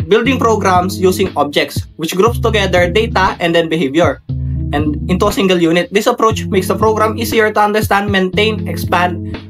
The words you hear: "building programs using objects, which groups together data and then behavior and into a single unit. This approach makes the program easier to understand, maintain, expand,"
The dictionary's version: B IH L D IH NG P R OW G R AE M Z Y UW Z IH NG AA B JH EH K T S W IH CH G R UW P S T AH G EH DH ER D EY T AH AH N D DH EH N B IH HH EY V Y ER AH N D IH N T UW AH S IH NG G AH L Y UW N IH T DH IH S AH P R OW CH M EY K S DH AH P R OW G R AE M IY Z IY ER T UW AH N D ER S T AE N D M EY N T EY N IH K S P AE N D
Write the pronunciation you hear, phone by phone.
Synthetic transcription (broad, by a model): B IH L D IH NG P R OW G R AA M S Y UW S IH NG AA B JH EH K T S W IH CH G R UW P S T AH G EH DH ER D EY T AH AH N D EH N B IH HH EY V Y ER AH N D IH N T UW AH S IH NG G AH L Y UW N IH T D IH S AH P R OW CH M EY K S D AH P R OW G R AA M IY S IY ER T UW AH N D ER S T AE N D M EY N T EY N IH K S P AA N D